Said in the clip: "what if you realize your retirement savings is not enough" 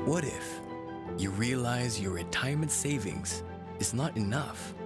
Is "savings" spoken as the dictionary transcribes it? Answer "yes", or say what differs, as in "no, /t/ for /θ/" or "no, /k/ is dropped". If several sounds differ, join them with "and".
yes